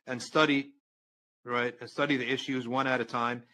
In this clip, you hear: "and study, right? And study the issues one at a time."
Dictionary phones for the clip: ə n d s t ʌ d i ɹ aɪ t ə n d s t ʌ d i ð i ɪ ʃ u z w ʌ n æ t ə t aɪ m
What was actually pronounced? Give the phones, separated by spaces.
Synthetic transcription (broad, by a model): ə n s t ʌ d i ɹ aɪ t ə n s t ʌ d i ð i ɪ ʃ u z w ʌ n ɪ t ə t aɪ m